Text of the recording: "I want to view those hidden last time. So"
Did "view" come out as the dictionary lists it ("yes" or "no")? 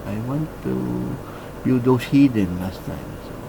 no